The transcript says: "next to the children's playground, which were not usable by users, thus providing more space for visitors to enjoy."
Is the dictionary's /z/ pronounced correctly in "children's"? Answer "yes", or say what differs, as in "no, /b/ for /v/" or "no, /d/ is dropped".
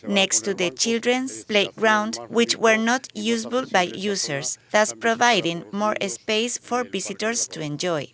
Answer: no, /s/ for /z/